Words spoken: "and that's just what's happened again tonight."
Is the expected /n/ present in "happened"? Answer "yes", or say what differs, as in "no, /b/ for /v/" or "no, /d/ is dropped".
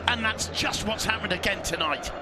no, /n/ is dropped